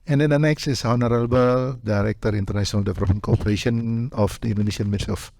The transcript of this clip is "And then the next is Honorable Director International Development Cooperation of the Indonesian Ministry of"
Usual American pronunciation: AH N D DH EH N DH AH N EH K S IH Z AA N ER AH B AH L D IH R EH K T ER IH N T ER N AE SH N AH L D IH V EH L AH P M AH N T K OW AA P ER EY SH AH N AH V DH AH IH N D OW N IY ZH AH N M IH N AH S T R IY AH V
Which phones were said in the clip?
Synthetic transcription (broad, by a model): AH N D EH N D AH N EH K S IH S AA N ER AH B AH L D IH R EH K T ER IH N T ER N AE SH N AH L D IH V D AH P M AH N K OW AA P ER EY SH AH N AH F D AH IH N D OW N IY SH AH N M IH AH T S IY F